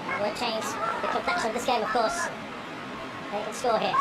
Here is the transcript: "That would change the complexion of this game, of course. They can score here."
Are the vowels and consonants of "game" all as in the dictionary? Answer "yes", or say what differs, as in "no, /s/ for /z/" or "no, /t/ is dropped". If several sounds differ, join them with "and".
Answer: yes